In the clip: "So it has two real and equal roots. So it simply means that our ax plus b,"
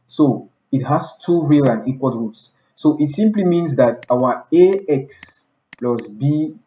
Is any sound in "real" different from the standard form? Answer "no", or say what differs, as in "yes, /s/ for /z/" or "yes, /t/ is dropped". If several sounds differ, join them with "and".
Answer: no